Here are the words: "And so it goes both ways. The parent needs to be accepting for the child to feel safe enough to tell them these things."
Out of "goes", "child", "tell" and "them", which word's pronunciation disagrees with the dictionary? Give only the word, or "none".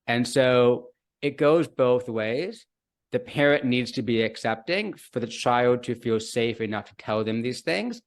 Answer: none